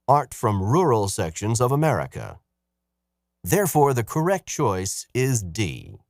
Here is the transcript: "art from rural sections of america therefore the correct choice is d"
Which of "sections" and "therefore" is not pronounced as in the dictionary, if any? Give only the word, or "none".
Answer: none